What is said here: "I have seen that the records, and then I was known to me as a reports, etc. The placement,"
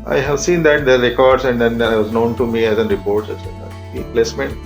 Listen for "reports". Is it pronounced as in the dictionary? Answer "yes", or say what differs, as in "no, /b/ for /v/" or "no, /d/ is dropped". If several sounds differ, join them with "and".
no, /s/ is dropped